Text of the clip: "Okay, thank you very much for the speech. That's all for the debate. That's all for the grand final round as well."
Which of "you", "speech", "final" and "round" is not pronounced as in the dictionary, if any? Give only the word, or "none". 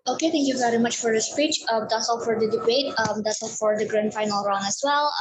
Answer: round